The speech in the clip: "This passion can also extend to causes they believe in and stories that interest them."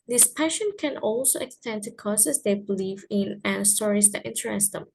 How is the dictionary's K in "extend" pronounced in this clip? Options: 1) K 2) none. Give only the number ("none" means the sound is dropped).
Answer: 1